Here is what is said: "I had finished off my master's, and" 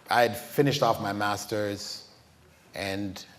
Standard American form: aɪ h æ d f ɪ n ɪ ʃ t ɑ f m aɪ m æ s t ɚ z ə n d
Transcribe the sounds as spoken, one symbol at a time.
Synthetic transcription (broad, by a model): aɪ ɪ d f ɪ n ɪ ʃ t ɑ f m aɪ m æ s t ɚ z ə n